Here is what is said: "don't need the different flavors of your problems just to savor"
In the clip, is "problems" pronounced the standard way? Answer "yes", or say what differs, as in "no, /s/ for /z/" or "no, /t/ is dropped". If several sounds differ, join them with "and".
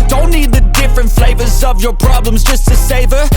yes